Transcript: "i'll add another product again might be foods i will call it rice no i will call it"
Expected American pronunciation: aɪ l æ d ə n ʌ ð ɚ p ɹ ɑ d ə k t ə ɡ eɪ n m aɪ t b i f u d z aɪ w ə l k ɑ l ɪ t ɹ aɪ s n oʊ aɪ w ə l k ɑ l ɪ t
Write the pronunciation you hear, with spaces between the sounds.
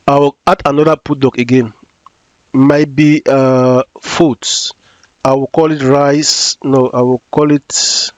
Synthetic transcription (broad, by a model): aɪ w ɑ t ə n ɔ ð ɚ p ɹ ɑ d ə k ə ɡ eɪ n m aɪ t b i f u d s aɪ w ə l k ɑ l ɪ t ɹ aɪ s n oʊ aɪ w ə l k ɑ l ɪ t